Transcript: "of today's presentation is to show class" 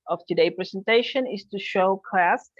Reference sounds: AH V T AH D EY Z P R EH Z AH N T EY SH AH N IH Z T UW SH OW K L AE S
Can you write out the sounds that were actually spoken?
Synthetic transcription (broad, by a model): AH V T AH D EY P R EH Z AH N T EY SH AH N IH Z T UW SH OW K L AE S